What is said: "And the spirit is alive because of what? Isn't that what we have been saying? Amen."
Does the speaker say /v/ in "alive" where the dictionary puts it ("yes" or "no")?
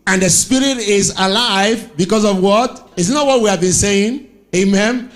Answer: yes